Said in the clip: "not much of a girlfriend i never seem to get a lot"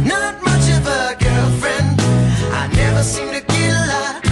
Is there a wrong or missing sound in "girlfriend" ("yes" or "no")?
no